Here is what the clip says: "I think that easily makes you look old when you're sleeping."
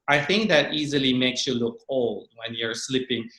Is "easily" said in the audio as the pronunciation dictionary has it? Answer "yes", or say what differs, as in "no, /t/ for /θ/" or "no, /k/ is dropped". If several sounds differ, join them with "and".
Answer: yes